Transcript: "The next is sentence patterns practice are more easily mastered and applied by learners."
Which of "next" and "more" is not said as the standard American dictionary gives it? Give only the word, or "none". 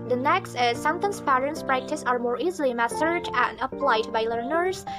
none